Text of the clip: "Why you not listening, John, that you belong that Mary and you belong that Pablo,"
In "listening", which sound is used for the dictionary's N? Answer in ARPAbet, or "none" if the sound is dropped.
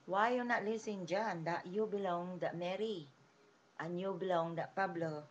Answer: none